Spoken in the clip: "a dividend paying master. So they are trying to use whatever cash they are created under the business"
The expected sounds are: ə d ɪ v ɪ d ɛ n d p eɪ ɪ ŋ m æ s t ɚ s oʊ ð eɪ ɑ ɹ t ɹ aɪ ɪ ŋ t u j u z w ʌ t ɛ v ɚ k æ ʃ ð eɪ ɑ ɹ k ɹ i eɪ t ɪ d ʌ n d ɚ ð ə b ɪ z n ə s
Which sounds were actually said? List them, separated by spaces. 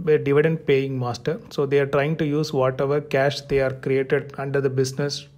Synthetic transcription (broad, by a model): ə d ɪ v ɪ d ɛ n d p eɪ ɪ ŋ m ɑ s t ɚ s oʊ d eɪ ɑ ɹ t ɹ aɪ ɪ ŋ t u j u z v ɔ t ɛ v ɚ k æ ʃ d eɪ ɑ ɹ k ɹ i eɪ t ɪ d ʌ n d ɚ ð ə b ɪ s n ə s